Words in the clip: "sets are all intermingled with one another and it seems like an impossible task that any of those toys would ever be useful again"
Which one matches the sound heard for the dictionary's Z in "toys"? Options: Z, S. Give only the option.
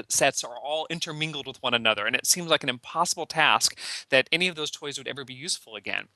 Z